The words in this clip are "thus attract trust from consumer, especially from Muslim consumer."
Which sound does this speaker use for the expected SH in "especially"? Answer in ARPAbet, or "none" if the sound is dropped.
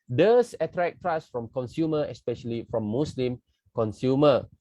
SH